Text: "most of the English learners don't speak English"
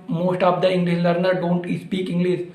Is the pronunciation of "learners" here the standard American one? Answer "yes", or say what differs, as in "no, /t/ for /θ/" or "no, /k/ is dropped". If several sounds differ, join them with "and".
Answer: no, /z/ is dropped